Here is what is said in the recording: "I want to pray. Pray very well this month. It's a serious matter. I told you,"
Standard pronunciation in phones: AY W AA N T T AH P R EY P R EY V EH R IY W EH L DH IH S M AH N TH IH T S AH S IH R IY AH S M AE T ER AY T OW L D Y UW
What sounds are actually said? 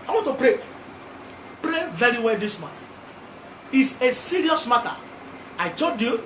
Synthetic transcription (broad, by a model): AY W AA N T T AH P R EY P R EY V EH R IY W EH L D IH S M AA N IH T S AH S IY R IY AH S M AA T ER AY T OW D Y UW